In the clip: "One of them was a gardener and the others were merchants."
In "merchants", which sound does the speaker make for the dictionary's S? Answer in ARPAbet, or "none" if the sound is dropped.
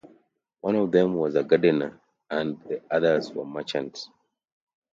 none